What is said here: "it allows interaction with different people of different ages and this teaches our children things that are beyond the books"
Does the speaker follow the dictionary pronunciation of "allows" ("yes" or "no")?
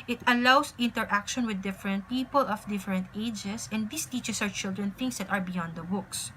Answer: no